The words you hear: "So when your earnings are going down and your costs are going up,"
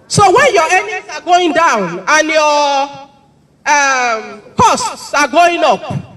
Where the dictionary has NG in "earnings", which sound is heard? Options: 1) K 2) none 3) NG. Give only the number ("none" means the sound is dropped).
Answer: 2